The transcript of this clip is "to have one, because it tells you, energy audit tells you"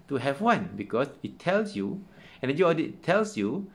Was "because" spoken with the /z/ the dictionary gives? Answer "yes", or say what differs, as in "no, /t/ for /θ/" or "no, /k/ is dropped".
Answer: no, /s/ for /z/